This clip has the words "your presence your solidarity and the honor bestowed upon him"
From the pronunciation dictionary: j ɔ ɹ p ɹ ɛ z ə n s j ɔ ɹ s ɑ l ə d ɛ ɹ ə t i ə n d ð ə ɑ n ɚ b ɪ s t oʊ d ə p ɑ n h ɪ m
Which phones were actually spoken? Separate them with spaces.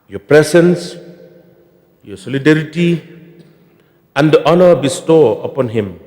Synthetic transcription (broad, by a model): j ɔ p ɹ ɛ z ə n s j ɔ s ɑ l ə d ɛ ɹ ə t i ə n d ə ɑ n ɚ b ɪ s t oʊ ə p ɑ n h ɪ m